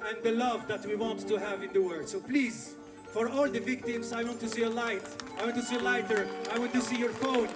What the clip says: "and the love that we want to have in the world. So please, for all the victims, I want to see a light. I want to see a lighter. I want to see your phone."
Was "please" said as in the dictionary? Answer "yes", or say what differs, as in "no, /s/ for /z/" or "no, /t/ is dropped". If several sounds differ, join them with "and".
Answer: yes